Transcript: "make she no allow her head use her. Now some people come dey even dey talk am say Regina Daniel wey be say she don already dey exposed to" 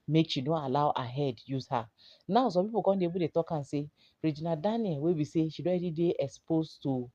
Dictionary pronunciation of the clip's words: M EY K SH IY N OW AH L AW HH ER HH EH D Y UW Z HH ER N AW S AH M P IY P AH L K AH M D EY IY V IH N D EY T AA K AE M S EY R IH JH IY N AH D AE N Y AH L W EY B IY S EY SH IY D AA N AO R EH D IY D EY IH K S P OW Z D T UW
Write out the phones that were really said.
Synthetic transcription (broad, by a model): M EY K SH IY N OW AH L AW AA HH EH D Y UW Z HH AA N AW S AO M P IY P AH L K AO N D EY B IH D EY T AA K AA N S EY R IH JH IY N AH D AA N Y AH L W EY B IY S EY SH IY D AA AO EH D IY D EY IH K S P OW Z T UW